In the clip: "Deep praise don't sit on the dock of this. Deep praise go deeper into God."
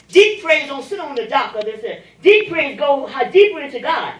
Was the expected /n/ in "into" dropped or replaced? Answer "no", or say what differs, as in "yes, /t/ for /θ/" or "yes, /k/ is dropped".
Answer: yes, /n/ is dropped